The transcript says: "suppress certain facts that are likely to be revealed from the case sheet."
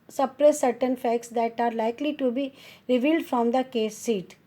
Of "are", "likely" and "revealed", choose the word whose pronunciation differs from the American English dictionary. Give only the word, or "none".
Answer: none